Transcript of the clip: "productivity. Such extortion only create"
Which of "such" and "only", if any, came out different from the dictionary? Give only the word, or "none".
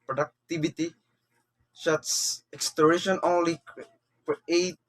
such